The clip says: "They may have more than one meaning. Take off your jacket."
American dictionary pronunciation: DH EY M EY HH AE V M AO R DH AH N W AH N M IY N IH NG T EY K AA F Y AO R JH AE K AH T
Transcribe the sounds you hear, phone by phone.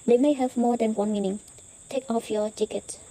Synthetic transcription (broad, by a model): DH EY M EY HH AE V M AO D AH N W AH N M IY N IH NG T EY K AA F Y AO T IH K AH T